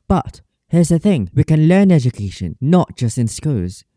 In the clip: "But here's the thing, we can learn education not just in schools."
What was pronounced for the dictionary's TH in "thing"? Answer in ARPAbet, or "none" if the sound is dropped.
TH